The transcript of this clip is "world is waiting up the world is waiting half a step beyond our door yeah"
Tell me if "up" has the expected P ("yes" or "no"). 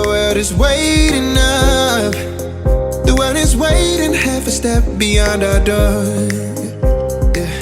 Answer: no